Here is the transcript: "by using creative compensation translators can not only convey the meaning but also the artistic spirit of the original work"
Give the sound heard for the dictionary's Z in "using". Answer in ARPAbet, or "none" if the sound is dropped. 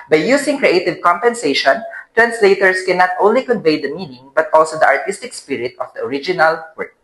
S